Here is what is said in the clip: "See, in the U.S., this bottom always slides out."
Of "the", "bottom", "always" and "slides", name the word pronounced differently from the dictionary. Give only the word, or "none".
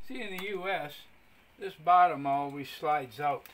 none